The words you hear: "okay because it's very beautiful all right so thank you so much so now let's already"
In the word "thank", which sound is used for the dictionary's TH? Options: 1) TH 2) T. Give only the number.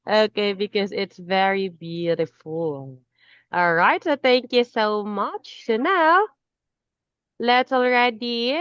1